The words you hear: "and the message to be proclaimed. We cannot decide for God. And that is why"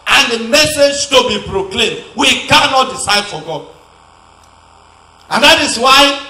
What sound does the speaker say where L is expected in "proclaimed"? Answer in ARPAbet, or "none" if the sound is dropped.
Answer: L